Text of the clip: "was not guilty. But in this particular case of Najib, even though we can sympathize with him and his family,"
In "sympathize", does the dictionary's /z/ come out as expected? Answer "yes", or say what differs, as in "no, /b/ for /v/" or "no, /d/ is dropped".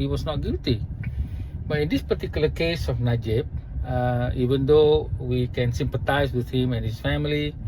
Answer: no, /s/ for /z/